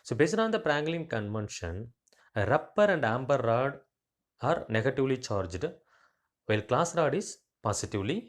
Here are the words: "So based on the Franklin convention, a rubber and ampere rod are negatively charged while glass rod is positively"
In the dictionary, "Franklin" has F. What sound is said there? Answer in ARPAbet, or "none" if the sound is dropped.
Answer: P